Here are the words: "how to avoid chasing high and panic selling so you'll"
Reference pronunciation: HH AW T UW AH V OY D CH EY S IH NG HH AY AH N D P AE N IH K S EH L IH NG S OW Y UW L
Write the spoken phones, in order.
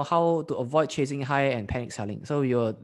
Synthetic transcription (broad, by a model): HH AW T UW AH V OY D CH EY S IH NG HH AY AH N P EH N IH K S EH L IH NG S OW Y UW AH